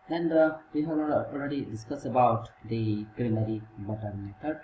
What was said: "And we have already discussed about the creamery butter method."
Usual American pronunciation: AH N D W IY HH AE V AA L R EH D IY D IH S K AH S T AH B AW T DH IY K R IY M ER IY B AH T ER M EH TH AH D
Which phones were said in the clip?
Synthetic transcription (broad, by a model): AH N D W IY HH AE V AA L R EH D IY D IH S K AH S AH B AW T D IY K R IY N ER IY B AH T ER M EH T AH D